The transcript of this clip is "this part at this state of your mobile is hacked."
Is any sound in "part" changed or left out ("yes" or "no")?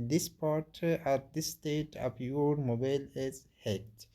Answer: no